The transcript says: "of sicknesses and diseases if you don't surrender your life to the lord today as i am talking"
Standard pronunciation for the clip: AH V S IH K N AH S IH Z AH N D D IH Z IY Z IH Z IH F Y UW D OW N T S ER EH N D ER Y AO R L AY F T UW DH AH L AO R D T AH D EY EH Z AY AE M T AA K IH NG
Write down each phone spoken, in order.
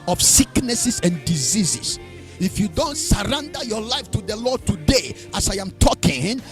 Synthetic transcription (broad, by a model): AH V S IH K N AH S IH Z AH N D D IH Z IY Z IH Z IH F Y UW D OW N T S ER EH N D ER Y AO R L AY F T UW DH AH L AO R D T AH D EY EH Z AY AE M T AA K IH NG